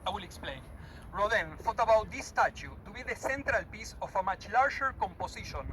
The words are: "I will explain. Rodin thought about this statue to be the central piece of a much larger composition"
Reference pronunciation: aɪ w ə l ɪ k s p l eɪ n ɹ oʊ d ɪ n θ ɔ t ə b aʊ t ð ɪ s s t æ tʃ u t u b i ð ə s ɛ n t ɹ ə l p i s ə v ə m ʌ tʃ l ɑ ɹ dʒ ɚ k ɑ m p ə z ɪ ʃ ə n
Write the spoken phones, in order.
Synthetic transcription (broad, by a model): aɪ w ə l ɪ k s p l eɪ n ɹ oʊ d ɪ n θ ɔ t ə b aʊ t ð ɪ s s t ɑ tʃ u t u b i ð ə s ɛ n t ɹ ə l p i s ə f ə m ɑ tʃ l ɑ ɹ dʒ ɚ k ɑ m p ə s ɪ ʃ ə n